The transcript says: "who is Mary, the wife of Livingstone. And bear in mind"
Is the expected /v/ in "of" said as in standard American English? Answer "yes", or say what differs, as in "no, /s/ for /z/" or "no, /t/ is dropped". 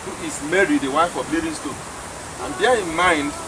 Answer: no, /b/ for /v/